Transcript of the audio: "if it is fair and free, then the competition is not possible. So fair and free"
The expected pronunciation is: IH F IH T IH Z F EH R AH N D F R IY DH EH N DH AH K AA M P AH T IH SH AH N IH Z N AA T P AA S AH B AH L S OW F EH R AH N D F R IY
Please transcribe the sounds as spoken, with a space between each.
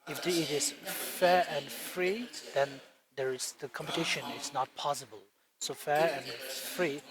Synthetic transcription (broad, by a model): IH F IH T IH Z F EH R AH N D F R IY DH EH N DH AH K AA M P AH T IH SH AH N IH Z N AA T P AA S AH B AH L S OW F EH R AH N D F R IY